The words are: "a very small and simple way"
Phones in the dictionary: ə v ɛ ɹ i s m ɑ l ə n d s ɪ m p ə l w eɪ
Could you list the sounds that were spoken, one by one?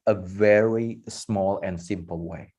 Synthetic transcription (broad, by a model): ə v ɛ ɹ i s m ɑ l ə n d s ɪ m p ə l w eɪ